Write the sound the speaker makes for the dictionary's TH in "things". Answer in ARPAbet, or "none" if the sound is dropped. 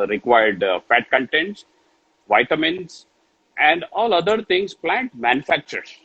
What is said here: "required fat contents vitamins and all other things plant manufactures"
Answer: T